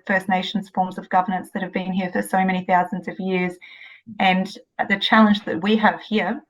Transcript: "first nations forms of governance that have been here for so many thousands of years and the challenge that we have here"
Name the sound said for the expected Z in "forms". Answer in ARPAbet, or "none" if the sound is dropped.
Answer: Z